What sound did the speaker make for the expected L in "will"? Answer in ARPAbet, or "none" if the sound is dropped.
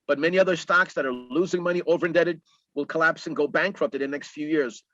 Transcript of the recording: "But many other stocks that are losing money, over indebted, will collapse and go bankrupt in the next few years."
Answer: L